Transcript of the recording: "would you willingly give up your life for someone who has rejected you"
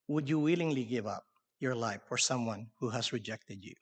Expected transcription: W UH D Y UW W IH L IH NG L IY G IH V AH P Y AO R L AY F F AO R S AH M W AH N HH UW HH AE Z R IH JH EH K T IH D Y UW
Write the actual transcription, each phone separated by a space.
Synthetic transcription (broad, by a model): W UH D Y UW W IH L IH NG L IY G IH V AH P Y AO R L AY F F AO R S AH M W AH N HH UW HH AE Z R IH JH EH K T IH D Y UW